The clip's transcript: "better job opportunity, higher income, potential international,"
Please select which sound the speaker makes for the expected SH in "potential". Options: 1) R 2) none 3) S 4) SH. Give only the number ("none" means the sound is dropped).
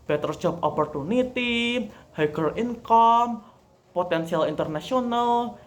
3